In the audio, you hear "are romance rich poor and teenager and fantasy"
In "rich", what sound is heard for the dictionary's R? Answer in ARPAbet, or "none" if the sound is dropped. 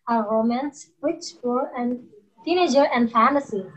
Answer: W